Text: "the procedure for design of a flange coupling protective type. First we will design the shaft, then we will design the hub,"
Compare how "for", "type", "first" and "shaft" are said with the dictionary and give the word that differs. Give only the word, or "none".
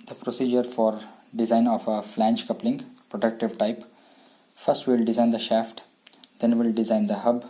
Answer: none